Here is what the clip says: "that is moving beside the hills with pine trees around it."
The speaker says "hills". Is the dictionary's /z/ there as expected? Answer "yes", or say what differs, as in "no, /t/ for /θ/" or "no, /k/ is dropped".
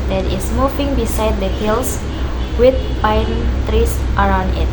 no, /s/ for /z/